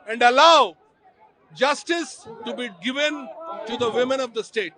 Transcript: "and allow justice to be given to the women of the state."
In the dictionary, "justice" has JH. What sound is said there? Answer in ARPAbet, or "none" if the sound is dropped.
JH